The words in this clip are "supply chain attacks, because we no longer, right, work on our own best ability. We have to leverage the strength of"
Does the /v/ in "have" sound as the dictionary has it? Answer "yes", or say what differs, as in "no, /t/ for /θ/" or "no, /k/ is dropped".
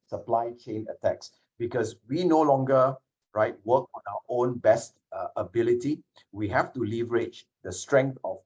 no, /f/ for /v/